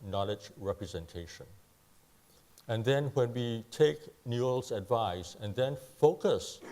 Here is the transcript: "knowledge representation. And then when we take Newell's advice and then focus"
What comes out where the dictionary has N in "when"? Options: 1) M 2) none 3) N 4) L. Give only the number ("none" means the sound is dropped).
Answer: 3